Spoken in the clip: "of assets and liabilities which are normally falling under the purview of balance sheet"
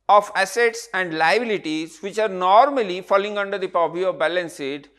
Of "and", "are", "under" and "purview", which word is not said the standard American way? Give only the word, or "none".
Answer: purview